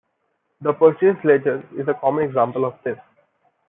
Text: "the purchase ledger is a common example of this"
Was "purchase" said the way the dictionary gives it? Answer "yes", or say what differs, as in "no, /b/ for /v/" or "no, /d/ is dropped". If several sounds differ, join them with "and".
no, /s/ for /tʃ/